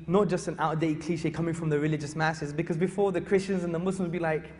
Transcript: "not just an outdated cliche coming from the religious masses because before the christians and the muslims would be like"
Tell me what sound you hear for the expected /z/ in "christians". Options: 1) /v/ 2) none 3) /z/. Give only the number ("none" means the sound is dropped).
3